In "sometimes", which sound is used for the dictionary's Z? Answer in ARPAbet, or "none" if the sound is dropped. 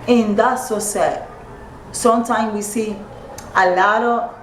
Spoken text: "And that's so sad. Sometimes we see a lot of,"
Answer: none